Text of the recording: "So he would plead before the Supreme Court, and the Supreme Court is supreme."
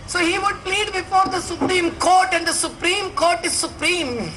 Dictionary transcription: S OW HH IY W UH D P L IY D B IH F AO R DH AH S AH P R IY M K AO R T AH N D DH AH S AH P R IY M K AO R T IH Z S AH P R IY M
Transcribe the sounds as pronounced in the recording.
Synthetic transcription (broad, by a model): S OW HH IY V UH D P L IY D B IH F AO R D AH S AH P R IY M K AO R T AH N D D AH S AH P R IY M K AO R T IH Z S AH P R IY M